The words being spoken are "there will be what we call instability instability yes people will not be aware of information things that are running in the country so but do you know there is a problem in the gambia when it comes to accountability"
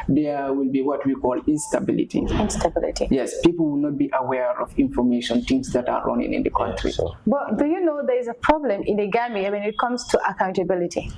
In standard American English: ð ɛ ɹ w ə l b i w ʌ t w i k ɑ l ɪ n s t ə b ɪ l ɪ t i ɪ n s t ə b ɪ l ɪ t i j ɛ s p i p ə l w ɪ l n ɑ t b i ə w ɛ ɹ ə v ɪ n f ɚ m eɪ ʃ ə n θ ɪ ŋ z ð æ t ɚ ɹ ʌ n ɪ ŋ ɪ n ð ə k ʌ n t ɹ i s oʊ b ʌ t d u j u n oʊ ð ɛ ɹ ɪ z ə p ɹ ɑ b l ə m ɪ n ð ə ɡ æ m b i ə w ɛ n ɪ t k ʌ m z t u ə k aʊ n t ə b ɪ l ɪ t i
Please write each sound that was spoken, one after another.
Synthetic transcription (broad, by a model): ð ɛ w ə l b i w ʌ t w i k ɑ l ɪ n s t ə b ɪ l ɪ t i ɪ n s t ə b ɪ l ɪ t i j ɛ s p i p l w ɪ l n ɑ t b i ə w ɛ ɹ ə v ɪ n f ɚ m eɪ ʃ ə n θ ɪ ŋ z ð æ t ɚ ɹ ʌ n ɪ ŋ ɪ n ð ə k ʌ n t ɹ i b ʌ t d u j u n oʊ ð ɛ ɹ ɪ z ə p ɹ ɑ b l ə m ɪ n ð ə ɡ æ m i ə w ɛ n ɪ t k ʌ m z t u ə k aʊ n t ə b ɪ l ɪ t i